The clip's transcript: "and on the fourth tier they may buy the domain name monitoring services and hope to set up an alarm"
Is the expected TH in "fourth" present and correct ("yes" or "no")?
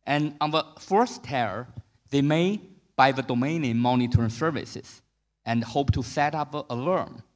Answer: no